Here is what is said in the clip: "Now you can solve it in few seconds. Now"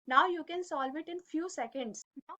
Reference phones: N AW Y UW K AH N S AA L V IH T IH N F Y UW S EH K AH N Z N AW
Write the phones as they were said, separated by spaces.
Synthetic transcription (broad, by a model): N AW Y UW K AH N S AA L V IH T IH N F Y UW S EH K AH N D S